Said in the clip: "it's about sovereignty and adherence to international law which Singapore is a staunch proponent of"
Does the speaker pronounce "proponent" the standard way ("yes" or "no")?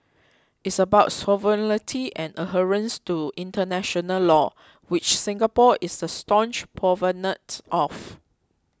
no